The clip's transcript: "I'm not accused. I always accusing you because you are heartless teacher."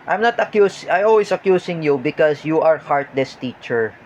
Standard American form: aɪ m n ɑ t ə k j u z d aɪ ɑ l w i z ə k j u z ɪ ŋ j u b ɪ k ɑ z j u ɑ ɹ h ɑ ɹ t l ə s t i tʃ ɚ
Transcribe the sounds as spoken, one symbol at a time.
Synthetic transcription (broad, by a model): aɪ m n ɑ t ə k j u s aɪ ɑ l w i s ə k j u s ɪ ŋ j u b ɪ k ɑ s j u ɑ ɹ h ɑ ɹ t l ə s t i tʃ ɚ